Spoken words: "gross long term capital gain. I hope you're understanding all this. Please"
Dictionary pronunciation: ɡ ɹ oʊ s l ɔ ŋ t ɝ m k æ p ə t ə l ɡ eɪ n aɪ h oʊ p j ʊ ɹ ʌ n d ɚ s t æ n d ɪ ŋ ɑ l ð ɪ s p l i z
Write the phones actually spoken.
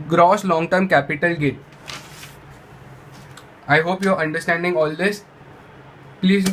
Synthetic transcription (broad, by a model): ɡ ɹ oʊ s l ɔ ŋ t ɝ m k æ p ə t ə l ɡ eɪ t aɪ h oʊ p j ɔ ɹ ʌ n d ɚ s t æ n d ɪ ŋ ɑ l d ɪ s p l i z